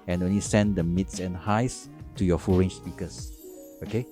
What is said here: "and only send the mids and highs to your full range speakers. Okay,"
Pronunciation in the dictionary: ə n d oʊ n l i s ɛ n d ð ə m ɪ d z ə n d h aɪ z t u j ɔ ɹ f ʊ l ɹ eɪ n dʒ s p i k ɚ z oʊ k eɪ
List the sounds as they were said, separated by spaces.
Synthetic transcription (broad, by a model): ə n oʊ n l i s ɛ n d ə m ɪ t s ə n h aɪ s t u j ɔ f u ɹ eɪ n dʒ s p i k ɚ s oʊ k eɪ